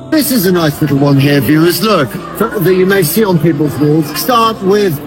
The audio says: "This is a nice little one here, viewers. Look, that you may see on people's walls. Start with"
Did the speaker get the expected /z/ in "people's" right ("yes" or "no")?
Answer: yes